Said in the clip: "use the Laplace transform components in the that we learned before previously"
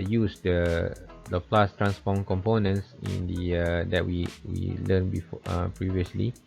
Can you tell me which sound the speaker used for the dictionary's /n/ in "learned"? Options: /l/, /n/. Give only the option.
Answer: /l/